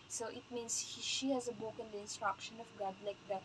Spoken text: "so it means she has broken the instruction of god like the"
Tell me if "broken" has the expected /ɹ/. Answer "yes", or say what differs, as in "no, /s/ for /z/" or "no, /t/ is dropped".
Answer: no, /ɹ/ is dropped